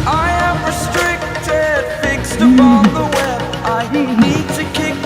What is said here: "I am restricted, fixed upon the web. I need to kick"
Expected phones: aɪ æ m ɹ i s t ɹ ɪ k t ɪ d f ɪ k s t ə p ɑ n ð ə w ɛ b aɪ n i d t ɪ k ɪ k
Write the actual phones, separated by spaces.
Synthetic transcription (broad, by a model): aɪ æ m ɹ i s t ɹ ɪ k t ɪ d f ɪ k s t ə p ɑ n ð ə w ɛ aɪ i i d t ɪ k ɪ k